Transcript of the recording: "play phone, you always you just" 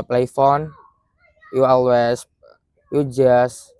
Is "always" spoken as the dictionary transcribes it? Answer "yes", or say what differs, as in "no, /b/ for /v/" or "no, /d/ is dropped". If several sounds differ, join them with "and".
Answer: no, /s/ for /z/